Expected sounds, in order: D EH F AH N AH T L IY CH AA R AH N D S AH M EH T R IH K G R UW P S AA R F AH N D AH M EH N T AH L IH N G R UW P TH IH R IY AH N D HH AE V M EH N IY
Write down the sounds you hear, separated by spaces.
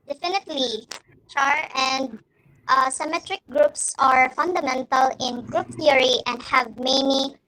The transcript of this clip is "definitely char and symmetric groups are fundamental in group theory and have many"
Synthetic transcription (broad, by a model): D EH F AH N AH T L IY CH AA R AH N D S AH M EH T R IH K G R UW P S AA R F AH N D AH M EH N T AH L IH N G R UW P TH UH R IY AH N D HH AE V M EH N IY